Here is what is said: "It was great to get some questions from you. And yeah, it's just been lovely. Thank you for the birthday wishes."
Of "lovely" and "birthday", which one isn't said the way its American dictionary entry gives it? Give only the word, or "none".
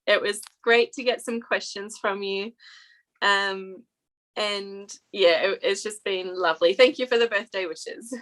none